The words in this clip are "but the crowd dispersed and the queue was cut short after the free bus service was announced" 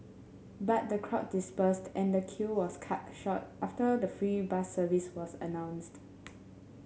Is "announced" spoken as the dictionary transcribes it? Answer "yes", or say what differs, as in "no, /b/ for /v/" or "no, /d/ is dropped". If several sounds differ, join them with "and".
yes